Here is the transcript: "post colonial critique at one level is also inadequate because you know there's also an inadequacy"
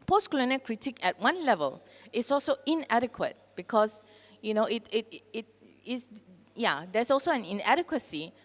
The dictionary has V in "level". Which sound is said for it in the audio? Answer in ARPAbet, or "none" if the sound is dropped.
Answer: V